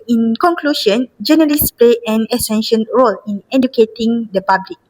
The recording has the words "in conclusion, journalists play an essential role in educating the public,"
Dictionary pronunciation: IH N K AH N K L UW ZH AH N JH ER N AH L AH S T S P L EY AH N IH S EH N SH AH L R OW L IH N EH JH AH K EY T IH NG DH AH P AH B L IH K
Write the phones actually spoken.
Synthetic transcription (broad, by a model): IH N K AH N K L UW SH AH N JH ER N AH L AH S S P L EY AH N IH S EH N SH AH N R OW L IH N EH JH AH K EY T IH NG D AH P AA B L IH K